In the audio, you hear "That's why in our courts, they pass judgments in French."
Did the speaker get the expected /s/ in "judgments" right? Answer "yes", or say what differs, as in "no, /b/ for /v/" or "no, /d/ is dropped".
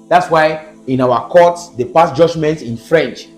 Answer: no, /s/ is dropped